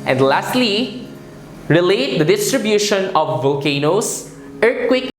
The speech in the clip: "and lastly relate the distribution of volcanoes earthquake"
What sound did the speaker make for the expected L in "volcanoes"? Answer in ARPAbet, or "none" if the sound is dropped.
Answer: none